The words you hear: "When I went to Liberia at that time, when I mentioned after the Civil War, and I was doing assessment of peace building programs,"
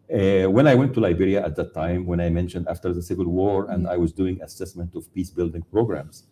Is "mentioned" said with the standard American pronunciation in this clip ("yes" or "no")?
yes